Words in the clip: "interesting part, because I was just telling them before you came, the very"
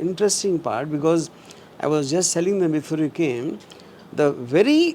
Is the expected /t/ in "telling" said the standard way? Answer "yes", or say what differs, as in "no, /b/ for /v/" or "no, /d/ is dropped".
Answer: no, /s/ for /t/